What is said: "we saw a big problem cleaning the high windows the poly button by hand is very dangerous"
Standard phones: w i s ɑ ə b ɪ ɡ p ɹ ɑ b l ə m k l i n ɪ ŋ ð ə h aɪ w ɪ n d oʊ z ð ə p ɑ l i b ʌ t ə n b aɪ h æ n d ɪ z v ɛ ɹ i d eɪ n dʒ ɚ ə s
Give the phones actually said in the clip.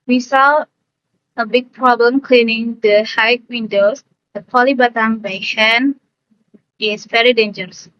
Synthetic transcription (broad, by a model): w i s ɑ ə b ɪ ɡ p ɹ ɑ b l ə m k l i n ɪ ŋ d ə h aɪ w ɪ n d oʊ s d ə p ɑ l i b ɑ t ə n b aɪ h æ n ɪ s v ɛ ɹ i d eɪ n dʒ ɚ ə s